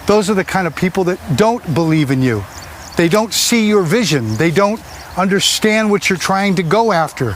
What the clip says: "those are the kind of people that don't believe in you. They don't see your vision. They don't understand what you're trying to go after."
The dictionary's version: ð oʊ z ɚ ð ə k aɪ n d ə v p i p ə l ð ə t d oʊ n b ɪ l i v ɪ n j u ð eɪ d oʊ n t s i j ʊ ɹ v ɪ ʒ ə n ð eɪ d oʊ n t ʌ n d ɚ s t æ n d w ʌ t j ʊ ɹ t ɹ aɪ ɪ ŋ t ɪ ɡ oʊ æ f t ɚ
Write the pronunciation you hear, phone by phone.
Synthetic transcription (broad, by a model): ð oʊ z ɚ ð ə k aɪ n d ə v p i p l ð ə t d oʊ n b ɪ l i v ɪ n j u ð eɪ d oʊ n t s i j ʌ ɹ v ɪ ʒ ə n ð eɪ d oʊ n t ʌ n d ɚ s t æ n d w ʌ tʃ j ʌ ɹ t ɹ aɪ ɪ ŋ t ɪ ɡ oʊ æ f t ɚ